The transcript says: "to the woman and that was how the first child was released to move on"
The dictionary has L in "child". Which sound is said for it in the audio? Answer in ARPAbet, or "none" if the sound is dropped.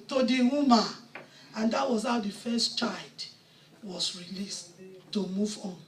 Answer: none